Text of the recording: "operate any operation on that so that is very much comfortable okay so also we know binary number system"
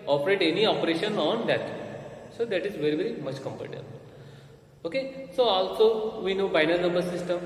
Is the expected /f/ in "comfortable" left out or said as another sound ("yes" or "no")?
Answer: yes